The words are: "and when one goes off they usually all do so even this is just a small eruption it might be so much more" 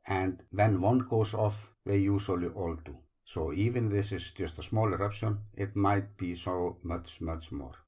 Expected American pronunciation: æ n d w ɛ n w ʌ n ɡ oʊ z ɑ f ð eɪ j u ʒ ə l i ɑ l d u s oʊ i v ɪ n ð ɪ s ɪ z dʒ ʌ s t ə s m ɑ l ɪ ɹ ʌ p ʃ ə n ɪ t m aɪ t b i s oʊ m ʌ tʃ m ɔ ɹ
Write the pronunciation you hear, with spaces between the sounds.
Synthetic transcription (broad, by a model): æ n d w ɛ n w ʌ n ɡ oʊ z ɑ f ð eɪ j u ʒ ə l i ɑ l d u s oʊ i v ɪ n ð ɪ s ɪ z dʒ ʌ s t ə s m ɑ l ɪ ɹ ʌ p ʃ ə n ɪ t m aɪ t b i s oʊ m ʌ tʃ m ɔ ɹ